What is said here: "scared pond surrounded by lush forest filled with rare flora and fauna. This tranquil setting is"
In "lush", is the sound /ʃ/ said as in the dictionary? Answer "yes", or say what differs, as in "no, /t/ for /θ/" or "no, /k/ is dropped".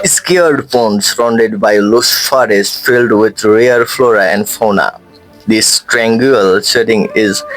no, /s/ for /ʃ/